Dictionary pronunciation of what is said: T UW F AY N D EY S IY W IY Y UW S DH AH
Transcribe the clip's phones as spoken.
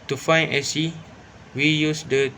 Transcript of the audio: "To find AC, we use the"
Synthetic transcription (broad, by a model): T UW F AY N EY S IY W IY Y UW S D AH